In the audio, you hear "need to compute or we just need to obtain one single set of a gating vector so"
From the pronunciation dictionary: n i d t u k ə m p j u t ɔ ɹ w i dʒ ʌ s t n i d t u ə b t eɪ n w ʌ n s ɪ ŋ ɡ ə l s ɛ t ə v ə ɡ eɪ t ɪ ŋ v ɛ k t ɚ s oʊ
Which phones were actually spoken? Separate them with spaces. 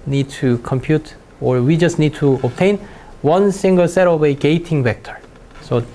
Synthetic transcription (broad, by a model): n i d t u k ə m p j u t ɔ ɹ w i dʒ ʌ s t n i d t u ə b t eɪ n w ʌ n s ɪ ŋ ɡ ə l s ɛ t ə v ə ɡ eɪ t ɪ ŋ v ɛ k t ɚ s oʊ